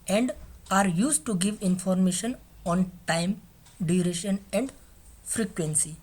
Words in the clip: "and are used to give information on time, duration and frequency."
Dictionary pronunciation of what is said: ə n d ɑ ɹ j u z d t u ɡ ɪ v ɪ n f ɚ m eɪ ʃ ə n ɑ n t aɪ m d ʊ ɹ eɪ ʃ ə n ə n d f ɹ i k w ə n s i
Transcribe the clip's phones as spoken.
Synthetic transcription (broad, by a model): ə n d ɑ ɹ j u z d t u ɡ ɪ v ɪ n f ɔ m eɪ ʃ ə n ɑ n t aɪ m d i ɹ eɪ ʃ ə n ə n d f ɹ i k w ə n s i